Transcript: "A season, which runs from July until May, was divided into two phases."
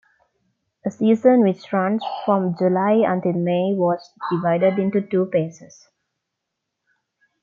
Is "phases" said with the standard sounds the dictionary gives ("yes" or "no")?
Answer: no